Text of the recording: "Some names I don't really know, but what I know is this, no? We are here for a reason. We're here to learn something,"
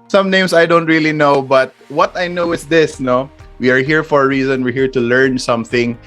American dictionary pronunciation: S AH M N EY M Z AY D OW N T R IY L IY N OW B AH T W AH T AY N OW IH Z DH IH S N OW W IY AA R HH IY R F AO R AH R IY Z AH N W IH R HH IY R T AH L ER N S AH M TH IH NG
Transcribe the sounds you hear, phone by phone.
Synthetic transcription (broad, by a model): S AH M N EY M S AY D OW N T R IY L IY N OW B AH T W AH T AY N OW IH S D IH S N OW W IY AA R HH IY R F AO R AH R IY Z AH N W IH R HH IY R T AH L ER N S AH M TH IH NG